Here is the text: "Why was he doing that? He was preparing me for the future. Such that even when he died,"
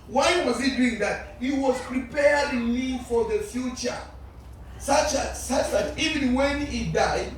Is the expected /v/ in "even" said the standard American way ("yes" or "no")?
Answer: yes